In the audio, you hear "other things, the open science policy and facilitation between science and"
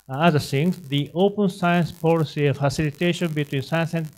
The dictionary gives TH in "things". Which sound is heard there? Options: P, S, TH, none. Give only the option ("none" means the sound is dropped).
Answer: S